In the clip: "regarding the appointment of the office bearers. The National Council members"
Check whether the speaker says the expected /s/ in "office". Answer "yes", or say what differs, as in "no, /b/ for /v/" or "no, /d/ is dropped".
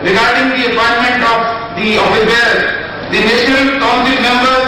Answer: no, /s/ is dropped